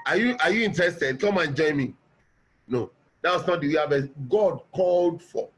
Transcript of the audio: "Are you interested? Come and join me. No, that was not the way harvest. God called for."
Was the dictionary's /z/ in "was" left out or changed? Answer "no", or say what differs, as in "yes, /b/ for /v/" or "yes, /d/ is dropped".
yes, /s/ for /z/